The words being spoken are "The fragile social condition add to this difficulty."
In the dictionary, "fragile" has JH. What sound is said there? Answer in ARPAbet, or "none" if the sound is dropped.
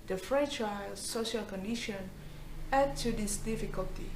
CH